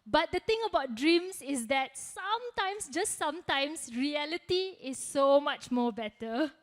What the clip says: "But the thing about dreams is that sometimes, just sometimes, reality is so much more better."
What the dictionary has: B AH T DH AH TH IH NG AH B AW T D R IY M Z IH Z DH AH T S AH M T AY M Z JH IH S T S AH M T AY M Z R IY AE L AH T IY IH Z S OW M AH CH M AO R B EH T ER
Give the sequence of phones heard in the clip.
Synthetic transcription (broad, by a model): B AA T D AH T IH NG AH B AW T D R IY M S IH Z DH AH T S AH M T AY M S JH IH S T S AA M T AY M S R IY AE L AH T IY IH S OW M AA CH M AO B EH T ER